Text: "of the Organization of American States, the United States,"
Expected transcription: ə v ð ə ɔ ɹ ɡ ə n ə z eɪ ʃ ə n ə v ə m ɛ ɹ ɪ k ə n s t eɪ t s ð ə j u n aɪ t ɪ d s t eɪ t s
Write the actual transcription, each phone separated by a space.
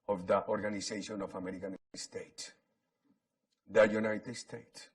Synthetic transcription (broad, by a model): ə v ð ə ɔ ɹ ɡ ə n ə s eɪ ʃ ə n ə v ə m ɛ ɹ ɪ k ə n s t eɪ t s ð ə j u n aɪ t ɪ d s t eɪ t s